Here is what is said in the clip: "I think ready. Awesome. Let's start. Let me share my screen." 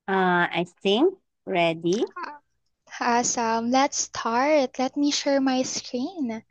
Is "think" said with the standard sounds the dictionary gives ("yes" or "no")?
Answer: no